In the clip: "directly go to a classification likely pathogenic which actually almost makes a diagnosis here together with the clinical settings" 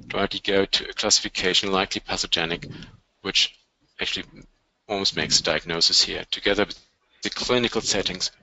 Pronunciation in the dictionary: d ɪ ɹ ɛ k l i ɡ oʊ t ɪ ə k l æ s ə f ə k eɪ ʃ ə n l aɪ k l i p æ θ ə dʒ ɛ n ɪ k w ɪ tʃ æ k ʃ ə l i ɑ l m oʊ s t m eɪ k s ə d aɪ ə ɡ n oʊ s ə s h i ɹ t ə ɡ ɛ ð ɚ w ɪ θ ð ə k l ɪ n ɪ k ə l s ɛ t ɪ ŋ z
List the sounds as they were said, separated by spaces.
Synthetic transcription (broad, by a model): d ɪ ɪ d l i ɡ oʊ t ɪ ə k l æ s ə f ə k eɪ ʃ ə n l aɪ k l i p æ s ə dʒ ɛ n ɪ k w ɪ tʃ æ k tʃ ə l i ɑ l m oʊ s t m eɪ k s ə d aɪ ə ɡ n oʊ s ə s h i ɹ t ə ɡ ɛ ð ɚ w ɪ ð ə k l ɪ n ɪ k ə l s ɛ t ɪ ŋ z